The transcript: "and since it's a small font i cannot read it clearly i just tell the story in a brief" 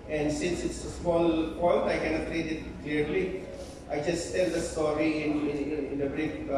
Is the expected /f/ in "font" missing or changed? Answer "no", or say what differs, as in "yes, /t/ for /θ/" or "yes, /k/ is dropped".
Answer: yes, /p/ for /f/